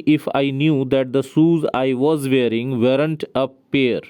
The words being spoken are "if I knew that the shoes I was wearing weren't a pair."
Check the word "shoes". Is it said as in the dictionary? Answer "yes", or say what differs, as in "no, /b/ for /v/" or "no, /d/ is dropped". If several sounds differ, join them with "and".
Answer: no, /s/ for /ʃ/